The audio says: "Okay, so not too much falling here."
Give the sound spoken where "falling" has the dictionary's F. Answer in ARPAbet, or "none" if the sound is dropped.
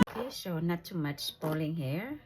P